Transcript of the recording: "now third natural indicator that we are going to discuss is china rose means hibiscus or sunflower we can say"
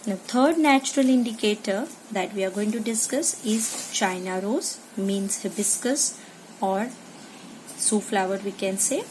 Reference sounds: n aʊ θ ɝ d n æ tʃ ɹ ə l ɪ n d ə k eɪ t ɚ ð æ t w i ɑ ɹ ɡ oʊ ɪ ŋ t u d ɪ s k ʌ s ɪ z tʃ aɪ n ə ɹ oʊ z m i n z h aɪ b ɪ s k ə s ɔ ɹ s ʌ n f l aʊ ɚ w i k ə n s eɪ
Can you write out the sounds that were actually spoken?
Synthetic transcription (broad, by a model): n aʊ t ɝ d n æ tʃ ɹ ə l ɪ n d ə k eɪ t ɚ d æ t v i ɑ ɹ ɡ oʊ ɪ ŋ t u d ɪ s k ʌ s ɪ z tʃ aɪ n ə ɹ oʊ z m i n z h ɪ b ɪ s k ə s ɔ ɹ s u f l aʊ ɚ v i k ə n s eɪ